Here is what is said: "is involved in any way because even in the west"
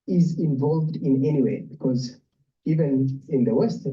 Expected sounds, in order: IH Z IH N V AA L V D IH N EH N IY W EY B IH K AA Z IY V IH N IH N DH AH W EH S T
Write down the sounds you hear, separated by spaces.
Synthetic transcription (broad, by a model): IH Z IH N V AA L V D IH N EH N IY W EY B IH K AA Z IY V IH N IH N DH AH W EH S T